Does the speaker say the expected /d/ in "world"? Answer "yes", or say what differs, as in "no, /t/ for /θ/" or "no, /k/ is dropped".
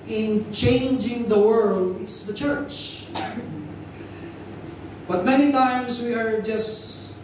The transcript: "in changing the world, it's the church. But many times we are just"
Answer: yes